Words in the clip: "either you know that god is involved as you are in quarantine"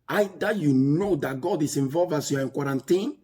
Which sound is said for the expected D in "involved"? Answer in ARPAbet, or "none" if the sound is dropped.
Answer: none